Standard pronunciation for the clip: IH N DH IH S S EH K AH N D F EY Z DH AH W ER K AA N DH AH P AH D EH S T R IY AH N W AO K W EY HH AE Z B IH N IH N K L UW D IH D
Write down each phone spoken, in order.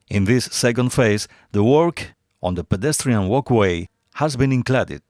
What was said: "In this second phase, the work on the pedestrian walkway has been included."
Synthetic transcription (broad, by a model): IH N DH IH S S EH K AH N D F EY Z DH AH W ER K AA N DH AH P AH D EH S T R IY AH N W AO K W EY HH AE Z B IH N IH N K L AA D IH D